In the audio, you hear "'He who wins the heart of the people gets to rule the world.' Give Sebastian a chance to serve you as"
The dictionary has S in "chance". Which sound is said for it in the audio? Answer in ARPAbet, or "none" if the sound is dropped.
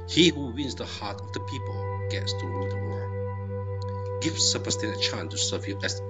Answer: none